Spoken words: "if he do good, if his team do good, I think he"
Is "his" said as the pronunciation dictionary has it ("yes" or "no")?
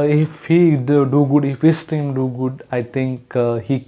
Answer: no